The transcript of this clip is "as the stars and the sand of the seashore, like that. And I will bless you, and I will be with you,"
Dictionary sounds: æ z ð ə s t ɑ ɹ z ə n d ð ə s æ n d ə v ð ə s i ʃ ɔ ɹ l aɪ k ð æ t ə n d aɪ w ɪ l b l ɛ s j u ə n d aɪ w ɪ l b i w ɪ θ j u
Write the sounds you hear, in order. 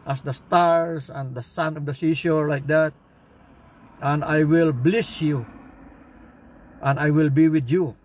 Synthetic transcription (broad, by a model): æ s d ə s t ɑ ɹ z ə n d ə s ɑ n ə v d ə s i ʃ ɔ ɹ l aɪ k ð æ t ə n d aɪ w ɪ l b l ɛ s j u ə n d aɪ w ɪ l b i w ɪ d j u